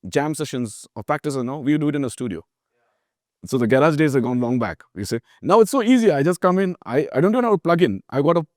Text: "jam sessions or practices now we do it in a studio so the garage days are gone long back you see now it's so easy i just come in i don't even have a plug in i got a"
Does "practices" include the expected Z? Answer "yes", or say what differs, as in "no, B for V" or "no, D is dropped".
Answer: no, Z is dropped